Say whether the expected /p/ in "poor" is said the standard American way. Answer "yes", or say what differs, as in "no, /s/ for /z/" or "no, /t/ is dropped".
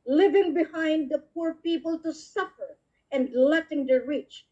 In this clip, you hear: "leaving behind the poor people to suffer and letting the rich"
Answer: yes